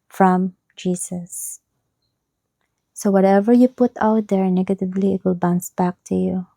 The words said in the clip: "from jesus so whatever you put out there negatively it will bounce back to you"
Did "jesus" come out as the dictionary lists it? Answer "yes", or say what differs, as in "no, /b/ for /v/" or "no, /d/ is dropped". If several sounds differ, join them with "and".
no, /s/ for /z/